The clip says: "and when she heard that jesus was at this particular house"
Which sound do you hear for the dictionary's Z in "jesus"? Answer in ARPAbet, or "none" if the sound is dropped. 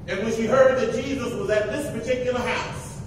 Z